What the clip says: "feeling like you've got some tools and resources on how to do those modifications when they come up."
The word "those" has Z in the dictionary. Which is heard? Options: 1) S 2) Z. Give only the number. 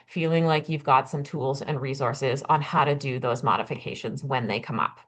2